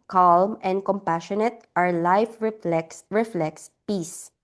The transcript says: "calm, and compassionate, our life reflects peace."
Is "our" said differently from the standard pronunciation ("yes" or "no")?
no